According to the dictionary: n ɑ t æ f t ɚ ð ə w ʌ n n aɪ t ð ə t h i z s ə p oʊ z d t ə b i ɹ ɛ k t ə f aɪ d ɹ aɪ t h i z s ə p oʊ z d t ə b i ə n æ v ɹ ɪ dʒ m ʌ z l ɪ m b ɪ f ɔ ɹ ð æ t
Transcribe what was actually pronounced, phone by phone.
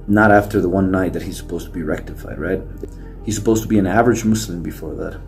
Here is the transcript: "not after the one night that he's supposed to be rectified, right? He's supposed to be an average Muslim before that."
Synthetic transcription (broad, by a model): n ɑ t æ f t ɚ ð ə w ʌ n n aɪ t ð ə t h i z s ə p oʊ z t ə b i ɹ ɛ k t ə f aɪ d ɹ aɪ t h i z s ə p oʊ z t ə b i ə n æ v ɹ ɪ dʒ m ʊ s l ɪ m b ɪ f ɔ ɹ ð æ t